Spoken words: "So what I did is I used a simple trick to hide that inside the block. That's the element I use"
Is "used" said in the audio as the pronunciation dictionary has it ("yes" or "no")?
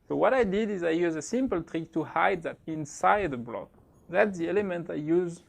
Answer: no